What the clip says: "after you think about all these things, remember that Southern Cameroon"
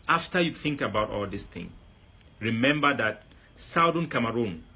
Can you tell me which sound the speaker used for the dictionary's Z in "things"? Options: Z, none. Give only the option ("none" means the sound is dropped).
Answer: none